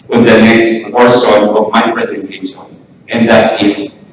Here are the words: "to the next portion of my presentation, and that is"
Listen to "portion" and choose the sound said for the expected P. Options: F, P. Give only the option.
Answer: F